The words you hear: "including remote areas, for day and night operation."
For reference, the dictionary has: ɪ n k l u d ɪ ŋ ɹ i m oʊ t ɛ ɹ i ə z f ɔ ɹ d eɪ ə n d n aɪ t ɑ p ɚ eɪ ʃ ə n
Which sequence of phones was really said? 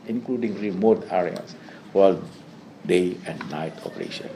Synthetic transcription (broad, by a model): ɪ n k l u d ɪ ŋ ɹ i m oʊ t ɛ ɹ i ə s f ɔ l d eɪ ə n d n aɪ t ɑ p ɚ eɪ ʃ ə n